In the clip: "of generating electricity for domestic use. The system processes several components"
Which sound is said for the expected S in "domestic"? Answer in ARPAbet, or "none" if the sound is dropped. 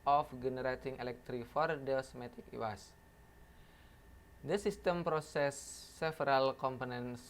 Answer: none